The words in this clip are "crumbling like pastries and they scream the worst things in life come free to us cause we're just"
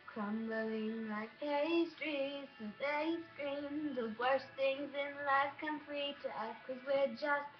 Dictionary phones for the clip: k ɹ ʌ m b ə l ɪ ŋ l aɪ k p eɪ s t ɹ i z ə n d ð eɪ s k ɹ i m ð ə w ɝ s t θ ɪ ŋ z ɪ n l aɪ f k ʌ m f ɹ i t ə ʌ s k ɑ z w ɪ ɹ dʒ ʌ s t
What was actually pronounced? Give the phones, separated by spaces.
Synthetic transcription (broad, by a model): k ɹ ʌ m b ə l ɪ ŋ l aɪ k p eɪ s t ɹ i s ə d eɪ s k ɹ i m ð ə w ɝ s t θ ɪ ŋ z ɪ n l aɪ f k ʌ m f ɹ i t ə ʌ k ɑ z w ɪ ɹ dʒ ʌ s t